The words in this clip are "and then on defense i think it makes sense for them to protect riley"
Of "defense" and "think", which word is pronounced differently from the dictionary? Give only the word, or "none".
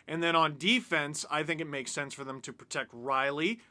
none